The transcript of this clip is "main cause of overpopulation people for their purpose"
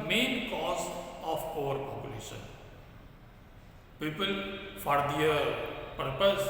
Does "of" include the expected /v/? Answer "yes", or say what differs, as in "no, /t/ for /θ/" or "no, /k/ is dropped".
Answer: no, /p/ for /v/